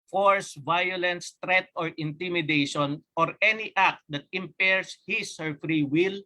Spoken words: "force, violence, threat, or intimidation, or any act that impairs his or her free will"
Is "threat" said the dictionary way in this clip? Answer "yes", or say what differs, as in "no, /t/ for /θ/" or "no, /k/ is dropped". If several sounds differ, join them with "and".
no, /t/ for /θ/